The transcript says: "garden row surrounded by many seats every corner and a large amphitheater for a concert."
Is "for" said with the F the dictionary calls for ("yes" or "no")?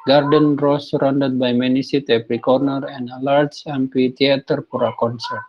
no